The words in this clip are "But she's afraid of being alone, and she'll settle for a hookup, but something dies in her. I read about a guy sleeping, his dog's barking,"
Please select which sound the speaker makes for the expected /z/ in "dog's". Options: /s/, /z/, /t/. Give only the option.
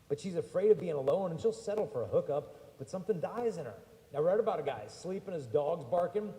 /z/